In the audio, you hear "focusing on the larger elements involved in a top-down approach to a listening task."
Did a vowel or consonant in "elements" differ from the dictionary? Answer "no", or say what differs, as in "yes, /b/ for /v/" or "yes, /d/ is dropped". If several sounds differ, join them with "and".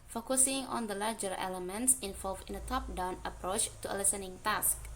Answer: no